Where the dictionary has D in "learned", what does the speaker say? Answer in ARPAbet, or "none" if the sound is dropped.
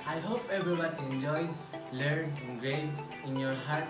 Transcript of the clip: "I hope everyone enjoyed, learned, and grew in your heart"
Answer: none